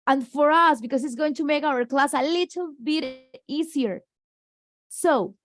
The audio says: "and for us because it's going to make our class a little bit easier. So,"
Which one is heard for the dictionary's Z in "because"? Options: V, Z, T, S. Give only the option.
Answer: S